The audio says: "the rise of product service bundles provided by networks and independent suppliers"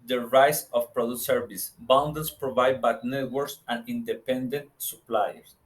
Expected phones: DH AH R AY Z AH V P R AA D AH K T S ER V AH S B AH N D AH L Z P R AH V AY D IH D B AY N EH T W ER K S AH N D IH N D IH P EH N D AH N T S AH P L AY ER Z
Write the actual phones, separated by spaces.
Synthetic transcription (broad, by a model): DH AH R AY S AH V P R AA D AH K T S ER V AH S B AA N D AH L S P R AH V AY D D B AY N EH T W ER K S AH N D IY N D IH P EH N D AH N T S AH P L AY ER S